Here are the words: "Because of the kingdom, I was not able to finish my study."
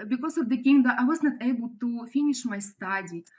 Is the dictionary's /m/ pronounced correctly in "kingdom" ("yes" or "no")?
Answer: no